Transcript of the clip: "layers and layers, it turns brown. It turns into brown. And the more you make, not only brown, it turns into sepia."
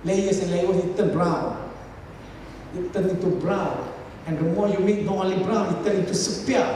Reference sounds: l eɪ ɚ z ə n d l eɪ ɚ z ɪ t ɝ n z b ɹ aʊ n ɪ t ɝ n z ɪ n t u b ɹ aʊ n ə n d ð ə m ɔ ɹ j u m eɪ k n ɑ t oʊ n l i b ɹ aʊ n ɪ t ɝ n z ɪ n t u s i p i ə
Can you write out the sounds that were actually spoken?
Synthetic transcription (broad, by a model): l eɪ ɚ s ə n l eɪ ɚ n ɪ t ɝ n b ɹ aʊ n ɪ t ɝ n ɪ n t u b ɹ aʊ n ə n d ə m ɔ j u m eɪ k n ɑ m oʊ l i b ɹ aʊ n ɪ t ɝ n ɪ n t u s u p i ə